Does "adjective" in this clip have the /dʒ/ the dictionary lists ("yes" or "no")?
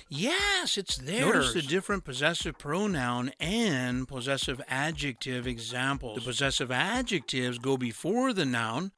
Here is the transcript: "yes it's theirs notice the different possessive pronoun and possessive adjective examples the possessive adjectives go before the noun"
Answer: yes